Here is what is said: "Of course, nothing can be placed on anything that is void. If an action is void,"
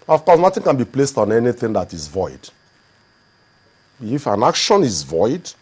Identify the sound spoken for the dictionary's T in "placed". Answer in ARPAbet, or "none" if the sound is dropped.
T